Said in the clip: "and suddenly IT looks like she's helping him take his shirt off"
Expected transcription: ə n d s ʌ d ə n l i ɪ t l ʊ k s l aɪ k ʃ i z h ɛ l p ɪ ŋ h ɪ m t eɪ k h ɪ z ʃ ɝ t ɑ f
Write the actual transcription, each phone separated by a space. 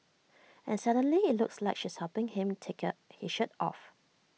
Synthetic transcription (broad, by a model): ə n s ʌ d ə n l i ɪ t l ʊ k s l aɪ k ʃ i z h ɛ p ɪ ŋ h ɪ m t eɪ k h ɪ ʃ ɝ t ɑ f